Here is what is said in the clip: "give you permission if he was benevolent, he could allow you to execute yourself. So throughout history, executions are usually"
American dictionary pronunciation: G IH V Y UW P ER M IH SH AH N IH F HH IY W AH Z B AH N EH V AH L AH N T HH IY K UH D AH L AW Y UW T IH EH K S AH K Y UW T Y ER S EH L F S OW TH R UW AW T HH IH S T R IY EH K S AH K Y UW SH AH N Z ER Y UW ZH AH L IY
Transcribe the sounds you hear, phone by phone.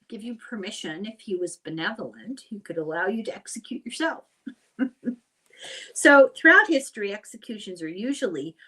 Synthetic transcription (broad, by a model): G IH V Y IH P ER M IH SH AH N IH F HH IY W AH Z B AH N EH V L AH N T HH IY K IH D AH L AW Y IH T IH EH K S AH K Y UW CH ER S EH L F S OW TH R UW AW T HH IH S T R IY EH K S AH K Y UW SH AH N Z ER Y UW ZH L IY